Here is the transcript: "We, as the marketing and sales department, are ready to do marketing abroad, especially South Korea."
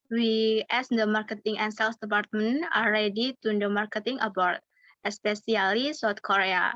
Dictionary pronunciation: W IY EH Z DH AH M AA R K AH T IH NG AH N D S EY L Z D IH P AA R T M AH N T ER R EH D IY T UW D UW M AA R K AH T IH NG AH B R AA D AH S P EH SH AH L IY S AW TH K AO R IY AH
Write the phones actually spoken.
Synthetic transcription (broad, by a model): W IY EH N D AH M AA R K AH T IH NG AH N S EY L S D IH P AA R T M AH N AA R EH D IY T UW D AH M AA R K AH T IH NG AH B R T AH S P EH S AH L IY S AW T K AO R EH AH